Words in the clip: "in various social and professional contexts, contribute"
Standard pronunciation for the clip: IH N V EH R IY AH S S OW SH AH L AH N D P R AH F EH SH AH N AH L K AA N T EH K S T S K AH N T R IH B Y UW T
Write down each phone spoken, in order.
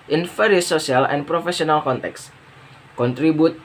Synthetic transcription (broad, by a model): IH N F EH R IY S S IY AH L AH N P R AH F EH S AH N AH L K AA N T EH K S S K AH N T R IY B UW T